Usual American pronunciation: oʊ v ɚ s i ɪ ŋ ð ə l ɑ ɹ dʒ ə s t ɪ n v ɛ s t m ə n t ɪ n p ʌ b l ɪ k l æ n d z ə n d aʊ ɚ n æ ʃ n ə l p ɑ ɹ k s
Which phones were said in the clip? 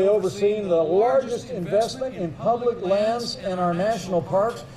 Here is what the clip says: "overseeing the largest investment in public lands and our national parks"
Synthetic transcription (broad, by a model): oʊ v ɚ s i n ð ə l ɑ ɹ dʒ ə s t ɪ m v ɛ s t m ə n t ɪ n p ʌ b l ɪ k l æ n d z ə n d aʊ ɚ n æ ʃ n l p ɑ ɹ k s